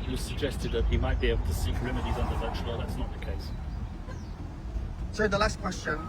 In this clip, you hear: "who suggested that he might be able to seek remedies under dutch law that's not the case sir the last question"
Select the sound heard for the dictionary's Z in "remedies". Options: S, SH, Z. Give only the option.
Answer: Z